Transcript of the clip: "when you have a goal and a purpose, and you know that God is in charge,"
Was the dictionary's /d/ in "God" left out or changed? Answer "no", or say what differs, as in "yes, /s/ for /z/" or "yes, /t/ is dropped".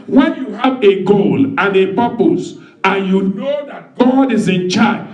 no